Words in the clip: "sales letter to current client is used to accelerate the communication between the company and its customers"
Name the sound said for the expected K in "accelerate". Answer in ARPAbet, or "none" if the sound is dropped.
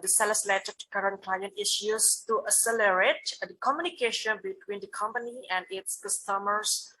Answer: none